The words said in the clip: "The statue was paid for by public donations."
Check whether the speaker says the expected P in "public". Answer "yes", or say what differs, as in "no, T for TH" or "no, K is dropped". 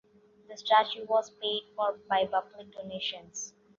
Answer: no, B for P